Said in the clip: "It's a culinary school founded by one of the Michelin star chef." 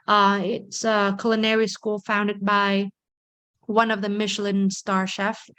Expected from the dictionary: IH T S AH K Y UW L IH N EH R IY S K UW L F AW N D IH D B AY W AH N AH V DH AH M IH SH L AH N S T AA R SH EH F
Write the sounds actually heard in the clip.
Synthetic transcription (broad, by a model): IH T S AH K L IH N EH R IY S K UW L F AW N D IH D B AY W AH N AH V DH AH M IH SH L AH N S T AA R SH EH F